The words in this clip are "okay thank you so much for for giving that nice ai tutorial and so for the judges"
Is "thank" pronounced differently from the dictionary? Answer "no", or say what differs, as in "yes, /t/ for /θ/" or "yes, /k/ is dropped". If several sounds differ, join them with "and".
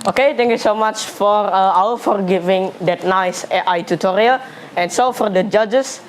yes, /t/ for /θ/